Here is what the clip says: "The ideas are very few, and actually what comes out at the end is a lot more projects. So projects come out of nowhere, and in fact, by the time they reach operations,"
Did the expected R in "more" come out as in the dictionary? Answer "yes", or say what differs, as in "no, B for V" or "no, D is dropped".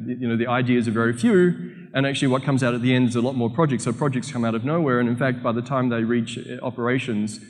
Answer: yes